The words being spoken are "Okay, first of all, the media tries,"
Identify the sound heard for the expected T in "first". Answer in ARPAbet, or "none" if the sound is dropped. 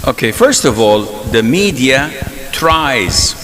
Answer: T